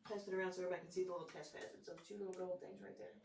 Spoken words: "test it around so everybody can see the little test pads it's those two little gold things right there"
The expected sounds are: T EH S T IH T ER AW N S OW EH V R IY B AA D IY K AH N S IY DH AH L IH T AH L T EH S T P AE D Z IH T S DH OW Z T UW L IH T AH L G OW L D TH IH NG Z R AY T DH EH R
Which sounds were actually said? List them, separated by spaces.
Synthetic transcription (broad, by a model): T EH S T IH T ER AW N S OW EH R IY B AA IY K N S IY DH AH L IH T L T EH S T F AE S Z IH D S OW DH T UW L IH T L G OW L D TH IH NG Z R AY T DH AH R